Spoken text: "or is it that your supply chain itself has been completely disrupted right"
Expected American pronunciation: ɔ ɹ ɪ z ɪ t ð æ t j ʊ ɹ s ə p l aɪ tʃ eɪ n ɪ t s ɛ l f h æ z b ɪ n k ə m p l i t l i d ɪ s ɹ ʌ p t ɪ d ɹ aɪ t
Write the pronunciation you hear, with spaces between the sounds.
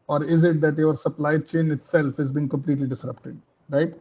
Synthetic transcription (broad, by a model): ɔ ɹ ɪ z ɪ t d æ t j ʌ ɹ s ə p l aɪ tʃ eɪ n ɪ t s ɛ l f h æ z b ɪ n k ə m p l i t l i d ɪ s ɹ ʌ p t ɪ d ɹ aɪ t